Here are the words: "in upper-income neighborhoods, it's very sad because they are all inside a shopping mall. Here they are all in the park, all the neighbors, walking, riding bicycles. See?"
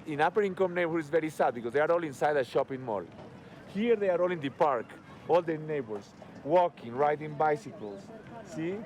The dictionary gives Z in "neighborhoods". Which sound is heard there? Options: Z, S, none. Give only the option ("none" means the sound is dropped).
none